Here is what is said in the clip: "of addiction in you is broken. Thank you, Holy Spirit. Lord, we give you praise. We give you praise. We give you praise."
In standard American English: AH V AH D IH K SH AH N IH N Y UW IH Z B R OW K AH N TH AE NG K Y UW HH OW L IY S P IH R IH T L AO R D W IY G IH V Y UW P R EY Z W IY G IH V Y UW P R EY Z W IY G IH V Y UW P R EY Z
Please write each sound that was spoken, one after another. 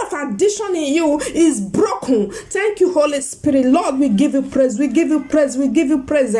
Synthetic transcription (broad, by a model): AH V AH D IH SH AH N IH N Y UW IH Z B R OW K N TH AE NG K Y UW HH OW L IY S P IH R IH T L AO D W IY G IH V Y UW P R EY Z W IY G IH V Y UW P R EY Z W IY G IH V Y UW P R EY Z